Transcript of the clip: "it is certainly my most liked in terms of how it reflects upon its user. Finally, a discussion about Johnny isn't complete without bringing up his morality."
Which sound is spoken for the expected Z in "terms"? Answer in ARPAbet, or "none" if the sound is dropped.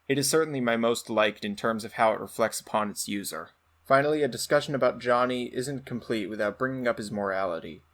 Z